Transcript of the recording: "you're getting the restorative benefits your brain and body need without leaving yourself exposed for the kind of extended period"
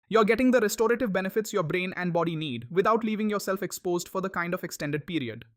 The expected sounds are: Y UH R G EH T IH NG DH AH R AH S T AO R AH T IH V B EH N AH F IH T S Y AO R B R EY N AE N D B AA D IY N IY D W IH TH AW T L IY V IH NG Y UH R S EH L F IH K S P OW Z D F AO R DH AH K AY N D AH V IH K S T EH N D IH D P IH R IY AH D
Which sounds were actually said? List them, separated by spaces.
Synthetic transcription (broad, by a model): Y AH R G EH T IH NG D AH R AH S T AO R AH T IH V B EH N AH F IH T S Y AO R B R EY N AE N D B AA D IY N IY D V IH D AW T L IY V IH NG Y UH R S EH L F IH K S P OW Z D F AO R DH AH K AY N D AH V IH K S T EH N D IH D P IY R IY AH D